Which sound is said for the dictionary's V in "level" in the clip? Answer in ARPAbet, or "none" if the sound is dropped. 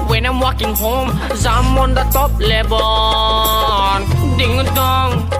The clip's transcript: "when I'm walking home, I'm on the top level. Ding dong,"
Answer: B